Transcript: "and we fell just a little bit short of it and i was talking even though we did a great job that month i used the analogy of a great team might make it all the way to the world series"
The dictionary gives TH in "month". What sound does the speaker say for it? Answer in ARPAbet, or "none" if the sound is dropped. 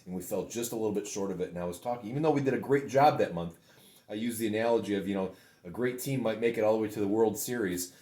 TH